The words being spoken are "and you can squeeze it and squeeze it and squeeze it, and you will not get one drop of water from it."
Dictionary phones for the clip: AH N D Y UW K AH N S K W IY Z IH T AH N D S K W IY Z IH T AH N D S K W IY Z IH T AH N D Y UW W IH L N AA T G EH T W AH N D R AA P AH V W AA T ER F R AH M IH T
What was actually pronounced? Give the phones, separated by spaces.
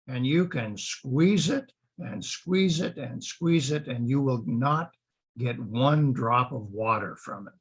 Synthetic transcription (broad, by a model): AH N Y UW K AH N S K W IY Z IH T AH N S K W IY Z IH T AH N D S K W IY Z IH T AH N Y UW W IH L N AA T G EH T W AH N D R AA P AH V W AA T ER F R AH M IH T